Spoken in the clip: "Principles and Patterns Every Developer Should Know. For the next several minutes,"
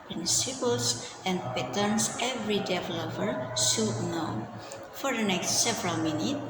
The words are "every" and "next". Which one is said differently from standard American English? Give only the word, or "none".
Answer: none